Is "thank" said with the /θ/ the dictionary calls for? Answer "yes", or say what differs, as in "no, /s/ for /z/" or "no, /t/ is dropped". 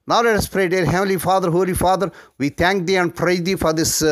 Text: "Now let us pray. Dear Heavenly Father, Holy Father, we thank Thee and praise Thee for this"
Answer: no, /t/ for /θ/